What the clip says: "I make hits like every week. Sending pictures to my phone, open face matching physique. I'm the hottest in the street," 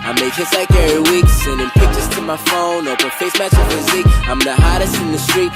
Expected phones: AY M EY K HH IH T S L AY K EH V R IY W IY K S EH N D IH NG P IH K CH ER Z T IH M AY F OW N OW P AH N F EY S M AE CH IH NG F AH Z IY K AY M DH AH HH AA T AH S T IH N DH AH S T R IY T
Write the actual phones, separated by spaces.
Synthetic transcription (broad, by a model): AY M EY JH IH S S L AY K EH R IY W IY K S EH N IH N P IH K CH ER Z T IH M AY F OW N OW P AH F EY S M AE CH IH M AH Z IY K AY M DH AH HH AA T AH S T IH N DH AH S T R IY T